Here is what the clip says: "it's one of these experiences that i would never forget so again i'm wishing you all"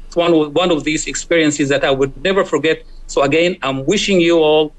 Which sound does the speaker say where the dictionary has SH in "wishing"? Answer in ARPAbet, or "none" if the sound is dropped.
SH